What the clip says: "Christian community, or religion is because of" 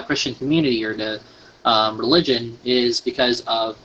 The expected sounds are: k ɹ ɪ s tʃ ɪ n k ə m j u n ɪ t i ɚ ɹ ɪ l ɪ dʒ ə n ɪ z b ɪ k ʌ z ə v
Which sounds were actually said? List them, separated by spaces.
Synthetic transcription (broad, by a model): k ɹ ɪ s tʃ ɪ n k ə m j u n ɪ t i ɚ ɹ ɪ l ɪ dʒ ə n ɪ z b ɪ k ʌ z ə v